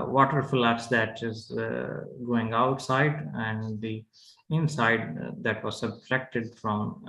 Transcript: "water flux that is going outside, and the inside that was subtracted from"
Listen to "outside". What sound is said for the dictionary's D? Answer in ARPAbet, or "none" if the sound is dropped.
D